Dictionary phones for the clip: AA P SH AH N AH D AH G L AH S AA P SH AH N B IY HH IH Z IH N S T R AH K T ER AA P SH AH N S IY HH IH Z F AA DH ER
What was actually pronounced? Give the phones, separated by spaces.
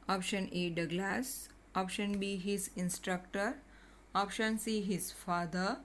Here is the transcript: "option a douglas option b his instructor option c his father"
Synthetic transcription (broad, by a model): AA P SH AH N AH D AH G L AH S AA P SH AH N B IY HH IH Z IH N S T R AH K T ER AA P SH AH N S IY HH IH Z F AA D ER